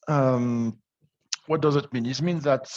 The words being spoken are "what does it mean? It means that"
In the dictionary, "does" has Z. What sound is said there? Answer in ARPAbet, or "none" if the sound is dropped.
Z